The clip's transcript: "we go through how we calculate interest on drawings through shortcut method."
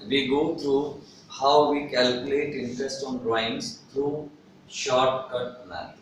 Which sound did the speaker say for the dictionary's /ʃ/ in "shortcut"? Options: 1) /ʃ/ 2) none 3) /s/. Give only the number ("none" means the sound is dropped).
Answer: 1